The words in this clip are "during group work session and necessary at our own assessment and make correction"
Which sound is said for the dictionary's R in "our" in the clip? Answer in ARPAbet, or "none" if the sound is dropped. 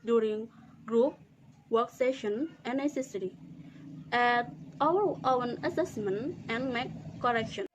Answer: W